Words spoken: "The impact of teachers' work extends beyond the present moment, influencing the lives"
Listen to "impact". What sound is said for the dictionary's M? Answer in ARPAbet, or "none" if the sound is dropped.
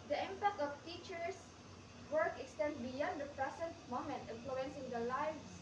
M